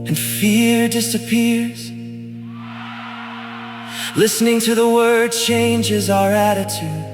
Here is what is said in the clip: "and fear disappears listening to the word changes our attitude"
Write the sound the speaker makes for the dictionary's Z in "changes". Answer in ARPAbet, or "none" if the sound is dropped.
Z